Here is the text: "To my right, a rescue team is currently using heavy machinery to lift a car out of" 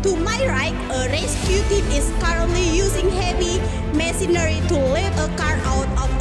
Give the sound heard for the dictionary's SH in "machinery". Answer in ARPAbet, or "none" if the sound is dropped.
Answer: S